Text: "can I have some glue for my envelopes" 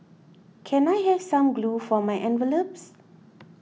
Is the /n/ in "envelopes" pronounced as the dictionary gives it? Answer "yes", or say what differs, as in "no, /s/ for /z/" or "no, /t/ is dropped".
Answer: yes